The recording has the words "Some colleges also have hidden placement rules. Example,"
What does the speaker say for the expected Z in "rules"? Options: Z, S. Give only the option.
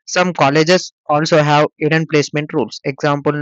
S